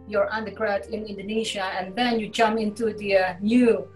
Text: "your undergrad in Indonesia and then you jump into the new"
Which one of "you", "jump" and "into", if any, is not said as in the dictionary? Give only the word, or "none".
jump